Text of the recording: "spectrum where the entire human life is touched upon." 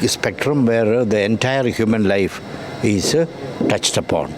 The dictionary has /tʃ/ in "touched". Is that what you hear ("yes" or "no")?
yes